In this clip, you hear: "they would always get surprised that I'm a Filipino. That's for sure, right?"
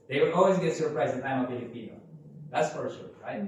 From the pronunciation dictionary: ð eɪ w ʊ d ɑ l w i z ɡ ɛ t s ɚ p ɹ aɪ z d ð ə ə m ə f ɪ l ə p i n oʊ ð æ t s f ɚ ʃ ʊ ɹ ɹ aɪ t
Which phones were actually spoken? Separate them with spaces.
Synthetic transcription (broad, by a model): ð eɪ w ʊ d ɑ l w i z ɡ ɛ t s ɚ p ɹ aɪ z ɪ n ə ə ə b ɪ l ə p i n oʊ ð æ t s f ɚ s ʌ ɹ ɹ aɪ